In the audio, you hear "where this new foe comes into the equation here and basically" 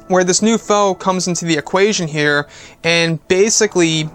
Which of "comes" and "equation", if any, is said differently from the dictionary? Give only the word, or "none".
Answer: none